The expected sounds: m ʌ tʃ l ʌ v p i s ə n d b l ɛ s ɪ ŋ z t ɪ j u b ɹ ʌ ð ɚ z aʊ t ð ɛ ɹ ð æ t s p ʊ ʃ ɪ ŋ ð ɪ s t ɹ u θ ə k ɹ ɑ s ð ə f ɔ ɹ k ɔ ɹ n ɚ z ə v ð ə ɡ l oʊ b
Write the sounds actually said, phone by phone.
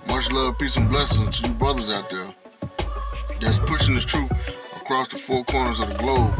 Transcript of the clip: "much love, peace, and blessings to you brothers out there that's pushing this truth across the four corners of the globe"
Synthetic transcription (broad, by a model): m ʌ tʃ l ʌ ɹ p i s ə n b l ɛ s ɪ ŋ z t ɪ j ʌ b ɹ ʌ ð ɚ z aʊ t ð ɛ ɹ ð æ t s p ʊ ʃ ɪ ŋ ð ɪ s t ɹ u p ə k ɹ ɑ s ð ə f ɔ ɹ k ɔ ɹ n ɚ z ə v ð ə ɡ l oʊ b